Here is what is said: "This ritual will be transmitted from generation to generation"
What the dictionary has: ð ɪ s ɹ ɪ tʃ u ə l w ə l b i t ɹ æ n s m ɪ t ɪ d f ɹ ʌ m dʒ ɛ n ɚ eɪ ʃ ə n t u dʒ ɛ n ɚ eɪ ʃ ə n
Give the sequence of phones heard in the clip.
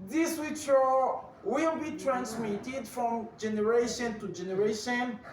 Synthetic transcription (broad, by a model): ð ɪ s w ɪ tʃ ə w ə l b i t ɹ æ n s m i t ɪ d f ɹ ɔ m dʒ ɛ n ɚ eɪ ʃ ə n t u dʒ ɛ n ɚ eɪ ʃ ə n